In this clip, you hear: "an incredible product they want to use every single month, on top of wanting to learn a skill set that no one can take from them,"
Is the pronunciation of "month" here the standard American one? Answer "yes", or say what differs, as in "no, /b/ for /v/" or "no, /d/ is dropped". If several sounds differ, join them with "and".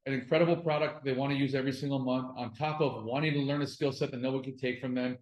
yes